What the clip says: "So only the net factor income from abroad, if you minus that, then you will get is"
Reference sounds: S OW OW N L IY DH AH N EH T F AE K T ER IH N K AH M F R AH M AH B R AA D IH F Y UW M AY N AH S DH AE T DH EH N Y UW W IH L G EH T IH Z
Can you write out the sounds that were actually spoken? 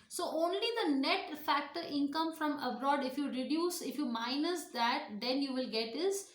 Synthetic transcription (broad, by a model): S OW OW N L IY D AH N EH T F AE K T ER IH N K AH M F R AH M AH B R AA D IH F Y UW M AY N AH S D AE T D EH N Y UW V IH L G EH T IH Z